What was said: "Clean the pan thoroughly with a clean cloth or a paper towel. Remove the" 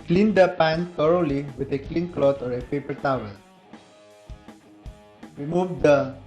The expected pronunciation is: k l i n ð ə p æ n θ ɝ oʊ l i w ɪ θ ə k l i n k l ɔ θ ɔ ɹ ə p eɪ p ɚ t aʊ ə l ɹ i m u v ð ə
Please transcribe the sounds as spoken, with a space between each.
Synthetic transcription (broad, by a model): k l i n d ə p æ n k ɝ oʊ l i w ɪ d ə k l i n k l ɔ t ɔ ɹ ə p eɪ p ɚ t aʊ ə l ɹ i m u v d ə